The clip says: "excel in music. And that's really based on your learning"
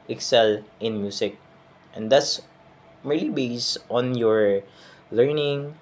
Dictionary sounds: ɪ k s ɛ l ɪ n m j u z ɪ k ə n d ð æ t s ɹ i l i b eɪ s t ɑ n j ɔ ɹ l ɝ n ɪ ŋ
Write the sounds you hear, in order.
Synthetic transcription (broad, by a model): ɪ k s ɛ l ɪ n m j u s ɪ k ə n d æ t s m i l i b eɪ s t ɑ n j ɔ ɹ l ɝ n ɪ ŋ